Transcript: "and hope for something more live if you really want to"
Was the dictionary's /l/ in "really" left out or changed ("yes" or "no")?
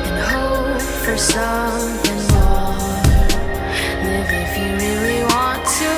yes